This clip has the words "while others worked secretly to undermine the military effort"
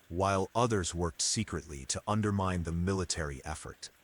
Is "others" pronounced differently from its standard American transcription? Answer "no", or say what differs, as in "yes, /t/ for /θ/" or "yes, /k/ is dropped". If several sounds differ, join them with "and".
no